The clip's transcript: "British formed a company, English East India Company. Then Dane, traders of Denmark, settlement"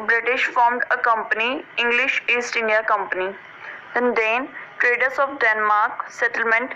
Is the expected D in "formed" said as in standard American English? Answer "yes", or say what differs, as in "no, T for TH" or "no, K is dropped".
yes